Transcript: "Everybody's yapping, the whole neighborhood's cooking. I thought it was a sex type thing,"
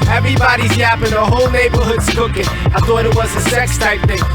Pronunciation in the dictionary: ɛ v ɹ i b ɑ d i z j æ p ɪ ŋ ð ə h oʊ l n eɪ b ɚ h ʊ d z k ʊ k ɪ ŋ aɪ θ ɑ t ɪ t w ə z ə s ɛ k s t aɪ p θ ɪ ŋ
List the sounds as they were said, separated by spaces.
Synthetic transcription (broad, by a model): ɛ v ɹ i b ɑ d i z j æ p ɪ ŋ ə h oʊ l n eɪ b ɚ h ʊ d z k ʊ k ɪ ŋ aɪ θ ɑ t ɪ t w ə z ə s ɛ k s t aɪ p θ ɪ ŋ